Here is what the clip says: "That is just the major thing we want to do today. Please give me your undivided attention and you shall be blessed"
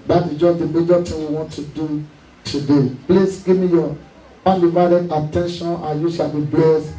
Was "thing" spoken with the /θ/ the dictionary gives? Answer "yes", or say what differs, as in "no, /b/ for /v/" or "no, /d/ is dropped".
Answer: no, /t/ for /θ/